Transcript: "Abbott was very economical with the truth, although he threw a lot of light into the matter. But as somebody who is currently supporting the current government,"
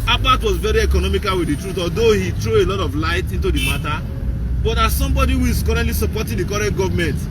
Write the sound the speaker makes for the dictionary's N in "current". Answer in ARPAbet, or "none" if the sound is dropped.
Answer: none